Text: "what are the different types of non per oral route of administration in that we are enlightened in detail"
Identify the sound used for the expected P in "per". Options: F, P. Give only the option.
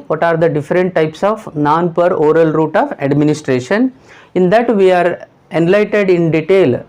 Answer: P